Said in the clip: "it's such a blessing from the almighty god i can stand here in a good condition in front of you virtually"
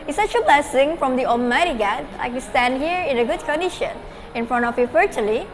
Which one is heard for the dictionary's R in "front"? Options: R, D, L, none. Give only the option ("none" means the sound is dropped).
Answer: R